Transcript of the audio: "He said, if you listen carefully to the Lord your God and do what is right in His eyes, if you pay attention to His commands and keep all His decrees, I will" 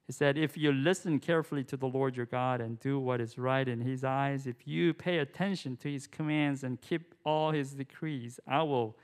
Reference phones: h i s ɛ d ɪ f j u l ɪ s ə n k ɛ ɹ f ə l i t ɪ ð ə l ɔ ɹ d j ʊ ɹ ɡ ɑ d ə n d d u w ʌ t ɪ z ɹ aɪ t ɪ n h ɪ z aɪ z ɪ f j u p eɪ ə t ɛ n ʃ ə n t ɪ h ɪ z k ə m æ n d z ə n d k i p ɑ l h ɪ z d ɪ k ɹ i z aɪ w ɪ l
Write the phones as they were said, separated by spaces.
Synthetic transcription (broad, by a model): h i s ɛ d ɪ f j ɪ l ɪ s ə n k ɛ ɹ f l i t ɪ ð ə l ɔ ɹ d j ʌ ɹ ɡ ɑ d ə n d d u w ʌ t ɪ z ɹ aɪ t ɪ n ɪ z aɪ z ɪ f j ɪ p eɪ ə t ɛ n ʃ ə n t ɪ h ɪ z k ə m æ n d z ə n k i p ɑ l h ɪ z d ɪ k ɹ i z aɪ w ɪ l